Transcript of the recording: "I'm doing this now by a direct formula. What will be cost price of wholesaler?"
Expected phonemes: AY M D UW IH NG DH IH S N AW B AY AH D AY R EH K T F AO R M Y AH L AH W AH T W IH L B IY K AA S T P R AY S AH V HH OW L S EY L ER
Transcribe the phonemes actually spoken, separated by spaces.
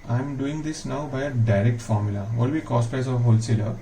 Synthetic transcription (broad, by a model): AY M D UW IH NG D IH S N AW B AY AH D AY R EH K T F AO R M Y AH L AH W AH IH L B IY K AA S T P AY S AH V HH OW L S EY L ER